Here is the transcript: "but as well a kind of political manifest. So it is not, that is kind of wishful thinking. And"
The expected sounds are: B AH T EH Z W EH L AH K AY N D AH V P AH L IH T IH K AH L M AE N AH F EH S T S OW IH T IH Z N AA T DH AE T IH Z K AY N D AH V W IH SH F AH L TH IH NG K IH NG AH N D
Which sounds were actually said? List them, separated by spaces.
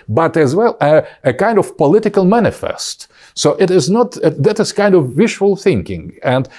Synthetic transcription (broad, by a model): B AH T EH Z W EH L AH K AY N D AH V P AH L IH T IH K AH L M AE N AH F EH S T S OW IH T IH Z N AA T DH AE T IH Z K AY N D AH V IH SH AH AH L TH IH NG K IH NG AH N D